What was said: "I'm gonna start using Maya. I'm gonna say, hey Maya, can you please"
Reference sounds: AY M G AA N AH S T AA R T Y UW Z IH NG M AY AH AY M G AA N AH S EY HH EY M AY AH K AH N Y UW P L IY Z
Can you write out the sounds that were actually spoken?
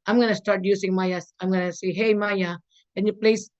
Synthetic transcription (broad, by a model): AY M G AA N AH S T AA R T Y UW S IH NG M AY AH AY M G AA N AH S EY HH EY M AY AH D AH N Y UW P L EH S